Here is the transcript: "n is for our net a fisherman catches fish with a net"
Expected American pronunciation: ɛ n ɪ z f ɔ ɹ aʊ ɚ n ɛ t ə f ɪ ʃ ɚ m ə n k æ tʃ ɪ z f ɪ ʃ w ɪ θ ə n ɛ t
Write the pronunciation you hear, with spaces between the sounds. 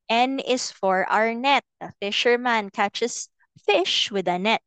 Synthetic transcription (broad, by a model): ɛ n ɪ s f ɔ ɹ aʊ ɚ n ɛ t ə f ɪ ʃ ɚ m ə n k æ tʃ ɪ s f ɪ ʃ w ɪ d ə n ɛ t